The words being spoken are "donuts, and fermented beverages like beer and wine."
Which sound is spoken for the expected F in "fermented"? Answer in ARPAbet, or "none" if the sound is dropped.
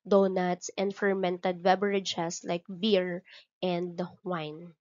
F